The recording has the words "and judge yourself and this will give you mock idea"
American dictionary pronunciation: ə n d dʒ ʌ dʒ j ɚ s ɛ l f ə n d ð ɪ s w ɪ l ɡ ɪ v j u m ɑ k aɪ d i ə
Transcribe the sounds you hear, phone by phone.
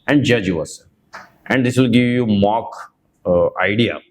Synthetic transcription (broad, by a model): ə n d dʒ ʌ dʒ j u ʌ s ə n d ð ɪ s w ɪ l ɡ ɪ v j u m ɑ k aɪ d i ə